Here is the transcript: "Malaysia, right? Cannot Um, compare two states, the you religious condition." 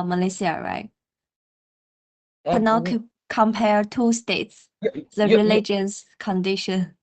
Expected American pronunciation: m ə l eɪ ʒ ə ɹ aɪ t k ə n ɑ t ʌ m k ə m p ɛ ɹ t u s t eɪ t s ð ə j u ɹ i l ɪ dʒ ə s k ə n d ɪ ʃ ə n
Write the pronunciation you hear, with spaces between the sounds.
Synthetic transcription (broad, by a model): m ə l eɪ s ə ɹ aɪ t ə n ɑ ʊ k ə m p ɛ ɹ t u s t eɪ t s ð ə ɹ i l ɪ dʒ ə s k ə n d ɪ ʃ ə n